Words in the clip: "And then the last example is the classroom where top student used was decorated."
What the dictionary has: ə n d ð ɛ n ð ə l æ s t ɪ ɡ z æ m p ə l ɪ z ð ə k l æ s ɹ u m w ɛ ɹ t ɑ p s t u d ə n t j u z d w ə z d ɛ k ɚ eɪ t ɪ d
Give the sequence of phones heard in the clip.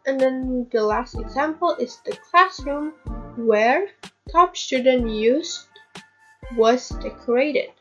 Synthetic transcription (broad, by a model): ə n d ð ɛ n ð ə l æ s t ɪ ɡ z æ m p ə l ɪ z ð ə k l æ s ɹ u m w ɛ ɹ t ɑ p s t u d ə n t j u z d w ə z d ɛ k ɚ eɪ t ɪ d